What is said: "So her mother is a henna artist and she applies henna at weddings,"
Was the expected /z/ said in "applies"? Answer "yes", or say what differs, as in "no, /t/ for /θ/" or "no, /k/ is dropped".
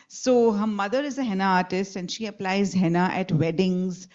yes